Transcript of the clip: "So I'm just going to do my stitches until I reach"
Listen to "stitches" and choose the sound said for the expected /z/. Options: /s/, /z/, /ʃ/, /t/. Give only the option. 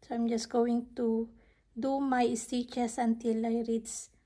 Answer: /s/